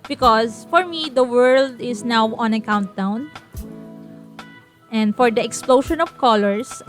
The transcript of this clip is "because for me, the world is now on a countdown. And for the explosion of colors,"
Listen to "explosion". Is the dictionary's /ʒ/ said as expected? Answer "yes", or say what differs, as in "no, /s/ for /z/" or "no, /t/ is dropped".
no, /ʃ/ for /ʒ/